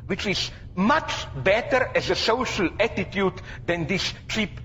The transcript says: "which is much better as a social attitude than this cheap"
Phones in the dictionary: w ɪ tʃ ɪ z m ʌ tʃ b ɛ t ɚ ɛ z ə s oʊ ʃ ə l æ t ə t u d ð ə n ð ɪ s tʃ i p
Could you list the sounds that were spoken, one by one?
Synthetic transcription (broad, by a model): w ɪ tʃ ɪ z m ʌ tʃ b ɛ t ɚ ɛ z ə s oʊ ʃ ə l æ t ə t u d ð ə n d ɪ s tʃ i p